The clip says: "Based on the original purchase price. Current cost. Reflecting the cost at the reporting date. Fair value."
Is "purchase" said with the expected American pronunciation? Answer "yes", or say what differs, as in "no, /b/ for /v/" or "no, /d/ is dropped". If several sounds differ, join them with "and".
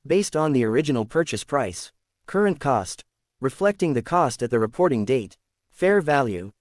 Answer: yes